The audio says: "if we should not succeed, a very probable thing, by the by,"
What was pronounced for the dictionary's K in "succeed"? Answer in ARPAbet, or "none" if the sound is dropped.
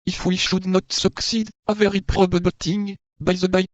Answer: K